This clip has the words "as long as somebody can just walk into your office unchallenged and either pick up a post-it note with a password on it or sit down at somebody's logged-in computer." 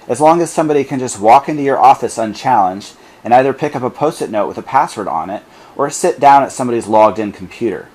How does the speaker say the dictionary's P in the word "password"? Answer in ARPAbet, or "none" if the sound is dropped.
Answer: P